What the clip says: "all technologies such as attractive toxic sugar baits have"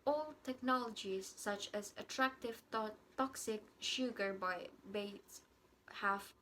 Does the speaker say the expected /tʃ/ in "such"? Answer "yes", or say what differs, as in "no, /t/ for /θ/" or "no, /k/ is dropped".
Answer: yes